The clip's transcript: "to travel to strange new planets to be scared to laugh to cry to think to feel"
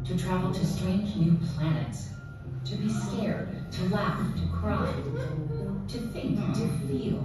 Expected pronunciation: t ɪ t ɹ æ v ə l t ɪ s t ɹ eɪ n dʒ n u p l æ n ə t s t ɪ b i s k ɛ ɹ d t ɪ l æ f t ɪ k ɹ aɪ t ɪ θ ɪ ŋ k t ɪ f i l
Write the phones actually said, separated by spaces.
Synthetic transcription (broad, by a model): t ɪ t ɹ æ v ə l t ɪ s t ɹ eɪ n dʒ n u p l æ n ə t s t ɪ b i s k ɛ ɹ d t ɪ l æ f t ɪ k ɹ aɪ t ɪ θ ɪ ŋ k t ɪ f i l